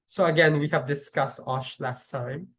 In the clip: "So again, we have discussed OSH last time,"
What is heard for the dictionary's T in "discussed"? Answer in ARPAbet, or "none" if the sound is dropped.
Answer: T